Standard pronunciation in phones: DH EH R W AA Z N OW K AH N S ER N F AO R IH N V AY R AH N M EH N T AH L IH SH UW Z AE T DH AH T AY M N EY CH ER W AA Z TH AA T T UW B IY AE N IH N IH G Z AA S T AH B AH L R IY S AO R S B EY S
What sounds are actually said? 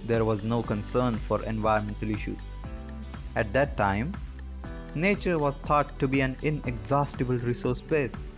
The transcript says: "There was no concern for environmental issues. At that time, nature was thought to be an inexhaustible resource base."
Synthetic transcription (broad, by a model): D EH R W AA Z N OW K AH N S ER N F AO R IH N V AY AH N M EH N T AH L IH SH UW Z AE T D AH T AY M N EY CH ER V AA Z T AA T T UW B IY AE N IH N IH G Z AA S T AH B AH L R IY S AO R S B EY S